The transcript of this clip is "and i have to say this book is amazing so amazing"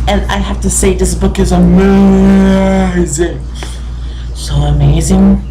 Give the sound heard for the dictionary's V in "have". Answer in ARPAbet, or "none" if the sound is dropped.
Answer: F